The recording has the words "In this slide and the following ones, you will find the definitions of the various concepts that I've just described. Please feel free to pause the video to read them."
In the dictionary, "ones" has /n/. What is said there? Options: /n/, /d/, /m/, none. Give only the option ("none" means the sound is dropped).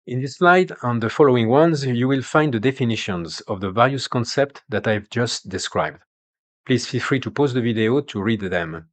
/n/